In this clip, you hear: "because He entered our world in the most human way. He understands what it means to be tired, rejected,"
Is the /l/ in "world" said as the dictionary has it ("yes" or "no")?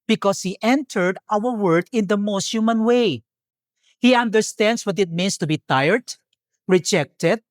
no